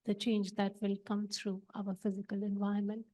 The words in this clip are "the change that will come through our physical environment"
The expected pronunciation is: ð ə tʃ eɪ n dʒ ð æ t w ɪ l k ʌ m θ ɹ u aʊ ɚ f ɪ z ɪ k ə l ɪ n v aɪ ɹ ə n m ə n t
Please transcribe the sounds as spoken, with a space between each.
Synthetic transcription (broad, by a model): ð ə tʃ eɪ n dʒ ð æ t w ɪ l k ʌ m t ɹ u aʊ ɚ f ɪ z ɪ k ə l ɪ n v aɪ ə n m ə n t